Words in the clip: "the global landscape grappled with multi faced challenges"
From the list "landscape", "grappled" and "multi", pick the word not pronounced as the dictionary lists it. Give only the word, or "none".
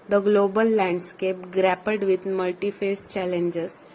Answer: grappled